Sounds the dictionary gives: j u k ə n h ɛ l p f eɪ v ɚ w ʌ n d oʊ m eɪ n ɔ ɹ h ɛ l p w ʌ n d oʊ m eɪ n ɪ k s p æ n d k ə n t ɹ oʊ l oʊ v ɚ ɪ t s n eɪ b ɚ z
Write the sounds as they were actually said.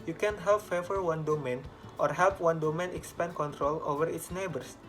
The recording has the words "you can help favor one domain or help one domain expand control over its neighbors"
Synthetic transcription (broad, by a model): j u k ə n h ɛ l p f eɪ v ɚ w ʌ n d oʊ m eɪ n ɔ ɹ h ɛ l p w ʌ n d oʊ m eɪ n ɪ k s p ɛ n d k ə n t ɹ oʊ l oʊ v ɚ ɪ t s n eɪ b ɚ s